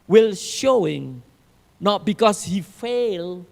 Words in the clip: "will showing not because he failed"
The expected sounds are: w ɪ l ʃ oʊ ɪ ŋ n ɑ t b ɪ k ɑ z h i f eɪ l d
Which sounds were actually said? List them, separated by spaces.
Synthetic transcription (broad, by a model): w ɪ l ʃ oʊ ɪ ŋ n ɑ t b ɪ k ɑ s h i f eɪ l